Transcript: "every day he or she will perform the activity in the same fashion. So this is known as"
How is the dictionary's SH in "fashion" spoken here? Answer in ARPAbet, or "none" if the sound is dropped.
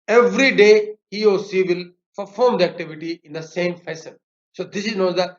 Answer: S